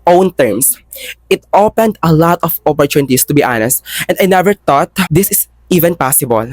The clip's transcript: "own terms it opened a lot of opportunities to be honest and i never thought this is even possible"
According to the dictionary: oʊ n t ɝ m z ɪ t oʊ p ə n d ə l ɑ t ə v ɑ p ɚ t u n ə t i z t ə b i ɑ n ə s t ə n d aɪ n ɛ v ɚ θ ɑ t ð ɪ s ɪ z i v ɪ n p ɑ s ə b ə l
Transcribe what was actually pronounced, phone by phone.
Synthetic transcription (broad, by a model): oʊ n t ɝ m s ɪ t oʊ p ə n d ə l ɑ t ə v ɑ p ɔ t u n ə t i s t ə b i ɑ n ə s t ə n d aɪ n ɛ v ɚ t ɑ t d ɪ s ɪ s i v ɪ n p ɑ s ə b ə l